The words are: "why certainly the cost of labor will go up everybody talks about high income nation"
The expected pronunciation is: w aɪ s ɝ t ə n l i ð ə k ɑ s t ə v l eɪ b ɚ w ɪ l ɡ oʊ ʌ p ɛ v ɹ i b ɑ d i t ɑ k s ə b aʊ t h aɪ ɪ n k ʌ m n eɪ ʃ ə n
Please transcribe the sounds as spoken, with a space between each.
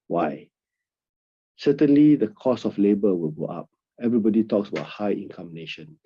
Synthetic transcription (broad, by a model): w aɪ s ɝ t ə n l i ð ə k ɑ s ə f l eɪ b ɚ w ɪ l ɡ oʊ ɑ p ɛ v ɹ i b ɑ d i t ɑ k s ə b aʊ t h aɪ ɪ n k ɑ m n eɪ ʃ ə n